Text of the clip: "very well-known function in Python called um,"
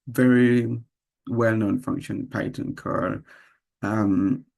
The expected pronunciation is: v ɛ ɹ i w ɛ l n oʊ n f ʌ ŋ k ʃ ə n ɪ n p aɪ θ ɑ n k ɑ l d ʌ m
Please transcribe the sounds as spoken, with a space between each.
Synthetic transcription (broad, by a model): v ɛ ɹ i w ɛ l n oʊ n f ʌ ŋ k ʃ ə ɪ n p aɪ t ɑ n k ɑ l ʌ m